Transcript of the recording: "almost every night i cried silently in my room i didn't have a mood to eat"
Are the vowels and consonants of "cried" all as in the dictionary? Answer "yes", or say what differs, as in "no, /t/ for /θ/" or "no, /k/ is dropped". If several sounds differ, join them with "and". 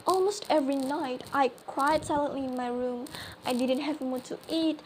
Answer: no, /w/ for /ɹ/